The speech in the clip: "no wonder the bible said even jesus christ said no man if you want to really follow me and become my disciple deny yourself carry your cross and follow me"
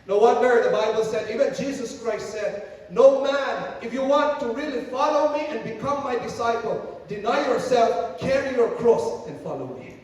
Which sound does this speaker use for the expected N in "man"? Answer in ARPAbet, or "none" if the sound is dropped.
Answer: N